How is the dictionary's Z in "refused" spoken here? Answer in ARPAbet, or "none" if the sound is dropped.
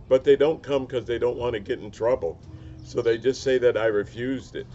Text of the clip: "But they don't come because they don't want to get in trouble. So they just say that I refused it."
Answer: Z